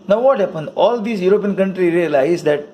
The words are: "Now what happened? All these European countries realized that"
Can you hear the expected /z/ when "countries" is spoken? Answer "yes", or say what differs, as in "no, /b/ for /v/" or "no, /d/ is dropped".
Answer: no, /z/ is dropped